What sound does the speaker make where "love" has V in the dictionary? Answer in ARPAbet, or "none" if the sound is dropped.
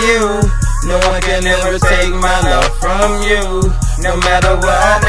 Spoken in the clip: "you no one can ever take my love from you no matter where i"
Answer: F